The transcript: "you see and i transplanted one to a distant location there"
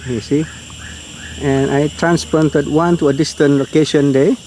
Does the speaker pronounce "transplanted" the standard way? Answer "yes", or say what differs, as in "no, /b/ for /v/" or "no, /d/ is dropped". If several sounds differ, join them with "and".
no, /l/ is dropped